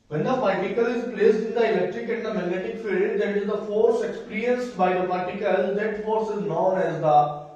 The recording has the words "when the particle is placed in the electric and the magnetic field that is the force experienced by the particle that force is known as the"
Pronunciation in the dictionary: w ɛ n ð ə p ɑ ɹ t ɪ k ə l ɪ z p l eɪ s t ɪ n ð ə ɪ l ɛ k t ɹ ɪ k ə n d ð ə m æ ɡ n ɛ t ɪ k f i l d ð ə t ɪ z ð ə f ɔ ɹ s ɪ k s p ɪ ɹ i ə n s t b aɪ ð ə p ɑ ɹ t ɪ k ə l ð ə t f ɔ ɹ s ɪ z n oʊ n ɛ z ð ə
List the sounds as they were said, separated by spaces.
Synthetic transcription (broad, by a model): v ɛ n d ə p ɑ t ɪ k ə l ɪ z p l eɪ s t ɪ n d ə ɪ l ɛ k t ɹ ɪ k ə n d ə m æ ɡ n ɛ t ɪ k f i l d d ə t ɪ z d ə f ɔ ɹ s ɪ k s p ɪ ɹ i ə n s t b aɪ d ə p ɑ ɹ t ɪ k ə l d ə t f ɔ ɹ s ɪ z n oʊ n ɛ z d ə